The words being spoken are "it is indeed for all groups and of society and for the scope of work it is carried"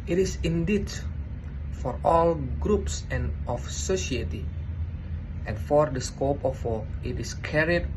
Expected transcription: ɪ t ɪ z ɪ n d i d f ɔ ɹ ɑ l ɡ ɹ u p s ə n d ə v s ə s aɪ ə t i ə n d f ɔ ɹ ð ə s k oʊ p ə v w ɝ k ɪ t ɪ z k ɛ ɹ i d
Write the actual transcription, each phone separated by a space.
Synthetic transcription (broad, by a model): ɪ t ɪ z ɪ n d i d f ɔ ɹ ɑ l ɡ ɹ u p s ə n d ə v s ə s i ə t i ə n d f ɔ ɹ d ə s k oʊ p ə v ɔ ɪ t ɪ s k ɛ ɹ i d